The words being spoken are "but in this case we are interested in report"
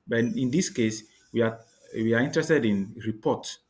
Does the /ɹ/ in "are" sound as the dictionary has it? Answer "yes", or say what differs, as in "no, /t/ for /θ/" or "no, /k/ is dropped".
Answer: no, /w/ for /ɹ/